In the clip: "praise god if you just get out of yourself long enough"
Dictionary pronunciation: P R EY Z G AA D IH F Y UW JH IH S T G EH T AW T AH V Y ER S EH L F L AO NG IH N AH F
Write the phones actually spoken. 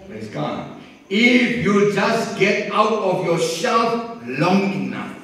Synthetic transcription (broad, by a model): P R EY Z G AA IH F Y UW JH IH S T G EH T AW T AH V Y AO SH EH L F L AO NG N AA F